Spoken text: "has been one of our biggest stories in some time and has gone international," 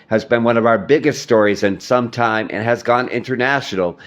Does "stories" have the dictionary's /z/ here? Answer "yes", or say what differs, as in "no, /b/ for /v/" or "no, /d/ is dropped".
yes